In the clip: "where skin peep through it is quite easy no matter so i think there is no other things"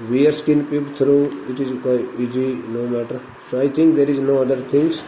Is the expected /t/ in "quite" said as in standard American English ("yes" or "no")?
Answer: no